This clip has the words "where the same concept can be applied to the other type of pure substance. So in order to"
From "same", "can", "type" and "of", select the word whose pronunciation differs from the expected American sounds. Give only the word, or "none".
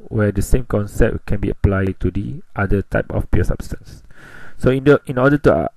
of